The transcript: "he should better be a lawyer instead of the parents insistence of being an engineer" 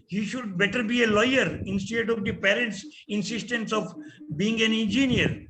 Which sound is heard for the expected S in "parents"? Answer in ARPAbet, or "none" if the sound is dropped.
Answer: S